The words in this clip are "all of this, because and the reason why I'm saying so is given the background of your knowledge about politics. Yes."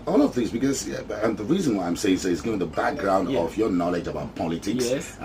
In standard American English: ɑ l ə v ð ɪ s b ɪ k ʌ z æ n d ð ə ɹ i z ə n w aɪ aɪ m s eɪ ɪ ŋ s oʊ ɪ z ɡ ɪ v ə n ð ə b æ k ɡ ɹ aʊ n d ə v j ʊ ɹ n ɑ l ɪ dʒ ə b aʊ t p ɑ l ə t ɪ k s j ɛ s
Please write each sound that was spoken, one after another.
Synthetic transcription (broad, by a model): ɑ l ə v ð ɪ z b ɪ k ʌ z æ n ð ə ɹ i z ə n w aɪ aɪ m s eɪ ɪ ŋ s oʊ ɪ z ɡ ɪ v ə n ð ə b æ k ɡ ɹ aʊ n d ə v j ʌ ɹ n ɑ l ɪ dʒ ə b aʊ t p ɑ l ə t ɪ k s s